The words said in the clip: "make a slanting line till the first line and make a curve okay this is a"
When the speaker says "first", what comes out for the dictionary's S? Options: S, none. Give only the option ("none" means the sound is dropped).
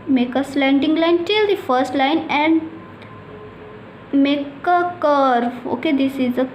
S